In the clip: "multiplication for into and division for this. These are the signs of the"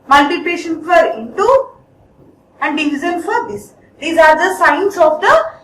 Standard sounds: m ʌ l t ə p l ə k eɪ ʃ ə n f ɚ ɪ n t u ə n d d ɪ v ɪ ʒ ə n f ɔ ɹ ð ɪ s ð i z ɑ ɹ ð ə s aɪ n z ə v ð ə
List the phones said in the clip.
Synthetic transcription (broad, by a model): m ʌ l t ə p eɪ ʃ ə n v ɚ ɪ n t u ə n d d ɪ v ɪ z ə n f ɔ ɹ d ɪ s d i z ɑ ɹ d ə s aɪ n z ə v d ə